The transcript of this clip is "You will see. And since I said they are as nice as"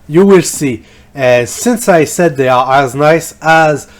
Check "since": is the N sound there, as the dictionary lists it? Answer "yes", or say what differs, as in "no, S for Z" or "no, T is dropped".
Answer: yes